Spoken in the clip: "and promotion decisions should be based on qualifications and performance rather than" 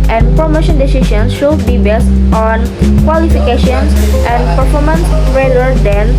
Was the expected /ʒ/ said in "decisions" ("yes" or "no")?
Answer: no